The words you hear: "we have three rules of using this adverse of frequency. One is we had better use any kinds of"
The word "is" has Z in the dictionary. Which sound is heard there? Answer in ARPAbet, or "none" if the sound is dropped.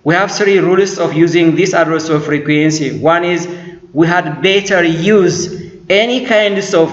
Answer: Z